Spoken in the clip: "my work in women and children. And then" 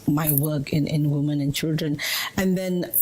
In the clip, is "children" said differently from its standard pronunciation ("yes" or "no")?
no